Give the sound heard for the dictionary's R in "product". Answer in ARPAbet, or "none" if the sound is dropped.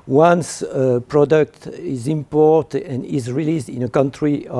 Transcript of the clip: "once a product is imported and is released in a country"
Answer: R